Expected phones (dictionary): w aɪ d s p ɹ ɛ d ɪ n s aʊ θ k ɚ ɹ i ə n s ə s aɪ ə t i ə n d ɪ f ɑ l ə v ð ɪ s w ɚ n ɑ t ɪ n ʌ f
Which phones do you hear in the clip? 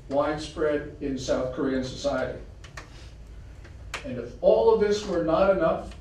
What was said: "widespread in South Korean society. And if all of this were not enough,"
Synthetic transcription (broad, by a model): w aɪ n s p ɹ ɛ d ɪ n s aʊ θ k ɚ ɹ i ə n s ə s aɪ ə t i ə n ɪ f ɑ l ə v ð ɪ s w ɚ n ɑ t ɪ n ʌ f